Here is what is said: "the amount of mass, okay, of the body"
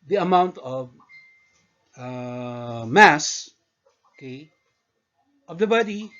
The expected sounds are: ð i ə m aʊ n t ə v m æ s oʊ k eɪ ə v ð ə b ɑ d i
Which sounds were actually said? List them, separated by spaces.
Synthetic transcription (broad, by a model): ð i ə m aʊ n t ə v m æ s oʊ k eɪ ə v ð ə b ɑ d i